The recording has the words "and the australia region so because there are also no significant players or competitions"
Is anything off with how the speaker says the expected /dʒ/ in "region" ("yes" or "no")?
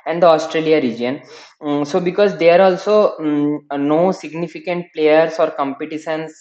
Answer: no